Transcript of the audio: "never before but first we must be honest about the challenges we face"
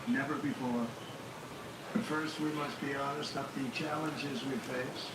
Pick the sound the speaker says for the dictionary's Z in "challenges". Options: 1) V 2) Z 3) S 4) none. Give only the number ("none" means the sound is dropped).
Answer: 2